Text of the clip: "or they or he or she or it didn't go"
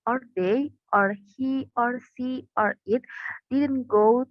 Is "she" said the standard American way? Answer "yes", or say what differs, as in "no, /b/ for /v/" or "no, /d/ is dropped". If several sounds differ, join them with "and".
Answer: no, /s/ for /ʃ/